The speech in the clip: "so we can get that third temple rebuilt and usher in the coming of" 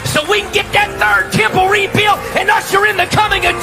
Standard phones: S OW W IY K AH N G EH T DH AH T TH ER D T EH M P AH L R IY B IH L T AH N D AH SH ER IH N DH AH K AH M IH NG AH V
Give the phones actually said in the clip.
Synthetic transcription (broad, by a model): S OW W IY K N G EH T DH AH T TH ER D T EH M P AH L R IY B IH L AH N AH S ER IH N DH AH K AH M IH NG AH